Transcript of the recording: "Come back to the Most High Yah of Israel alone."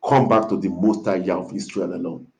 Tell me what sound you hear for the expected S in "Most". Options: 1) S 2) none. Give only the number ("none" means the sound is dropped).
1